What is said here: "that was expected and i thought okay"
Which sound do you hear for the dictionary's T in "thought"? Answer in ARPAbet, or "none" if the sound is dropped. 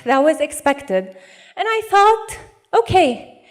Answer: T